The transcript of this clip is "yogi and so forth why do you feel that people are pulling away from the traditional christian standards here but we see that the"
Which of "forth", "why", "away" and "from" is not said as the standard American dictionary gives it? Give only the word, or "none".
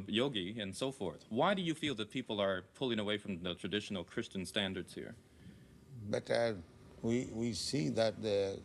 none